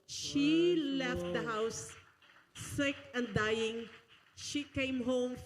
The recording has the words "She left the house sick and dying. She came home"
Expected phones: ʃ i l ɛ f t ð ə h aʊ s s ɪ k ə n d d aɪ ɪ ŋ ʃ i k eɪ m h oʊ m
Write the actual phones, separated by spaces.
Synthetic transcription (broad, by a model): ʃ i l ɛ f t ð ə h aʊ s s ɪ k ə n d d aɪ ɪ ŋ ʃ i k eɪ m h oʊ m